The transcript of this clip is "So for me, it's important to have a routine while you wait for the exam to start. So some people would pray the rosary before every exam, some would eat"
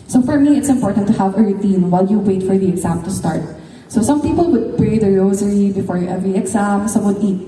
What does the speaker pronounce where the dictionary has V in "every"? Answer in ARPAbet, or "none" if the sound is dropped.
V